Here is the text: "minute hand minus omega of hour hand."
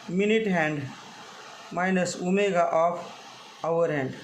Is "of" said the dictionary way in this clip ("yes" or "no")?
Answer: no